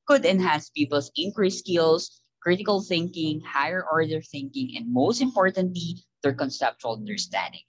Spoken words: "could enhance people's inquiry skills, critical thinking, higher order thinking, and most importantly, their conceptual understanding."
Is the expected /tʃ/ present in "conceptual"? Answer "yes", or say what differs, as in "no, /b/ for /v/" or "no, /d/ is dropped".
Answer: yes